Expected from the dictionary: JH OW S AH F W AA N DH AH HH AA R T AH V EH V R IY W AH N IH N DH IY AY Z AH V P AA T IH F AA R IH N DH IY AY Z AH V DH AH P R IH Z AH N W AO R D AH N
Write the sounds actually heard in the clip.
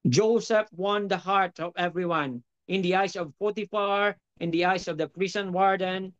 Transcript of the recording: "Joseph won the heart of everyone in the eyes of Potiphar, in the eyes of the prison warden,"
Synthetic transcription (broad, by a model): JH OW S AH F W AA N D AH HH AA R T AH V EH V R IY W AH N IH N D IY AY S AH V P AA T IH F AA R IH N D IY AY S AH V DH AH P R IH S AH N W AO R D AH N